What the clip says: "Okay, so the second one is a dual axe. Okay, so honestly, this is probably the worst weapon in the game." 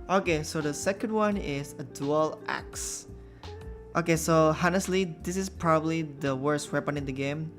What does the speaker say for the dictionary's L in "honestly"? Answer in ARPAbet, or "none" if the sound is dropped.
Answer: L